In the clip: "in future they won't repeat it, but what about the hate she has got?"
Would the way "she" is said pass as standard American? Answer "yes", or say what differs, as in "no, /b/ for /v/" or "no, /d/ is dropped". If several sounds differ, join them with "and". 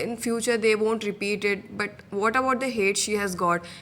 yes